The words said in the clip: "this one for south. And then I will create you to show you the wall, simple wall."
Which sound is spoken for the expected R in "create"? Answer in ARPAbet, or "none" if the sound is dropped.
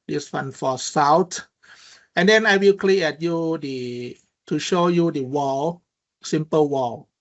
L